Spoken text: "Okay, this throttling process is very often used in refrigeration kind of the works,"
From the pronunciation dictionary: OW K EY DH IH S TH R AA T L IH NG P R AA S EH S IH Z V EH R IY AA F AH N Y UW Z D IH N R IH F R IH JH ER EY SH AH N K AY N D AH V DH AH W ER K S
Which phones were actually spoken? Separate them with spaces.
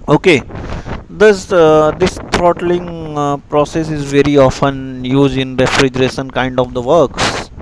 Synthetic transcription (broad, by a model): OW K EY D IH S T R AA T L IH NG P R AA S EH S IH Z V EH R IY AA F AH N Y UW Z D IH N R IH F R IH JH ER EY SH AH N K AY N D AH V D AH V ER K S